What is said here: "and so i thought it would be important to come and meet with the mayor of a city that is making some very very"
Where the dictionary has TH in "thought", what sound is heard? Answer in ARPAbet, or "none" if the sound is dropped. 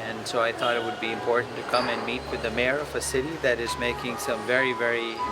TH